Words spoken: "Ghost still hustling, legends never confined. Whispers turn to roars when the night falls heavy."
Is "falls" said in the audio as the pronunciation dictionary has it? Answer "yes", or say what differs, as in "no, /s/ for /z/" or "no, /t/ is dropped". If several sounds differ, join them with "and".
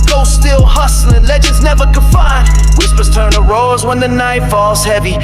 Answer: yes